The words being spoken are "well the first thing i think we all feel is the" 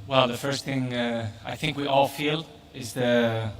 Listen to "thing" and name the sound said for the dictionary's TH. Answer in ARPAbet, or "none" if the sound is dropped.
TH